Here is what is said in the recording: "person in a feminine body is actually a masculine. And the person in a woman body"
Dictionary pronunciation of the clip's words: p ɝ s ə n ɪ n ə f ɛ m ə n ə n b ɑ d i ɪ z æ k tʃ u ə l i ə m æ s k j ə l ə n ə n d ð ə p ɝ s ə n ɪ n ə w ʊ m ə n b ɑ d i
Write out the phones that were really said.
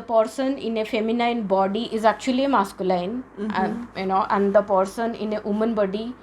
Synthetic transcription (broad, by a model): p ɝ s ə n ɪ n ə f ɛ m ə n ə n b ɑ d i ɪ z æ k tʃ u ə l i ə m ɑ s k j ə n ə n ə n d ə p ɝ s ə n ɪ n ə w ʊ m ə n b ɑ d i